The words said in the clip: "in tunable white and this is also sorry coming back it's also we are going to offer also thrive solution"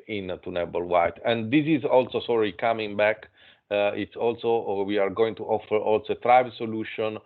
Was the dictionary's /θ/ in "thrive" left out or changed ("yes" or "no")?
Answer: yes